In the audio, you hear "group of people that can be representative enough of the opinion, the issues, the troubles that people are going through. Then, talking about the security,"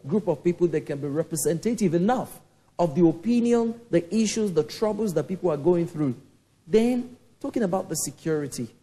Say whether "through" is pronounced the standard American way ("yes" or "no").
yes